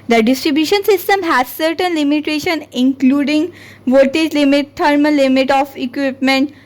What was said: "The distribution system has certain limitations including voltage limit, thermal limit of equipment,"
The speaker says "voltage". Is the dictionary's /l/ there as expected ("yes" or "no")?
no